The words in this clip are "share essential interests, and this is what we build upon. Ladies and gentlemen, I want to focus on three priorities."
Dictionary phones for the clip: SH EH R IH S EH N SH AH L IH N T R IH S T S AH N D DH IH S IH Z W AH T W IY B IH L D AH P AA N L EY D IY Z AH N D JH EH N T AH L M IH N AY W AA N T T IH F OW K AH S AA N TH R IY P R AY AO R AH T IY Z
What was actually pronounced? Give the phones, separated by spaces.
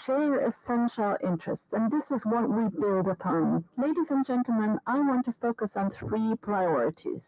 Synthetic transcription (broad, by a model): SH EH R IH S EH N SH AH L IH N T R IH S T S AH N DH IH S IH Z W AH T W IY B IH L D AH P AA N L EY D IY Z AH N JH EH N T L M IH N AY W AA N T T IH F OW K AH S N TH R IY P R AY AO R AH T IY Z